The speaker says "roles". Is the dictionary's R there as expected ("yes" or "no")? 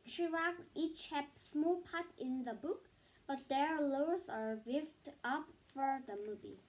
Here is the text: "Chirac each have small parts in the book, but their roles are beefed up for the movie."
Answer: no